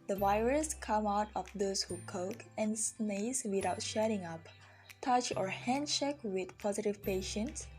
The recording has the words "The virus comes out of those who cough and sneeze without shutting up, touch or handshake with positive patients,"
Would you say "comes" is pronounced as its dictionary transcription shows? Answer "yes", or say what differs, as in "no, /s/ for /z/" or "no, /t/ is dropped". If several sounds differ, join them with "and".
no, /z/ is dropped